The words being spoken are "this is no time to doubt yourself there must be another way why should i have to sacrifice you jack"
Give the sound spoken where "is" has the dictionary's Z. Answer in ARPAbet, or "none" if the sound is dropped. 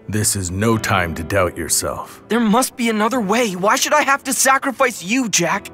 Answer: Z